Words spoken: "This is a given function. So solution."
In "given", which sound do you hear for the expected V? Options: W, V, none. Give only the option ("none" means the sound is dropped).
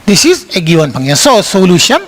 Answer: W